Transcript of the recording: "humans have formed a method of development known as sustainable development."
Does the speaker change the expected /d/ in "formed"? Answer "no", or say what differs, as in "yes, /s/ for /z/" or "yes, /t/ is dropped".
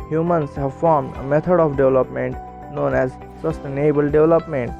no